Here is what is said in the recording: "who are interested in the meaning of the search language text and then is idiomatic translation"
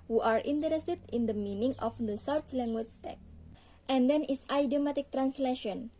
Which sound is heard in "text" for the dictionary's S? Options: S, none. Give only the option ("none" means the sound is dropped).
none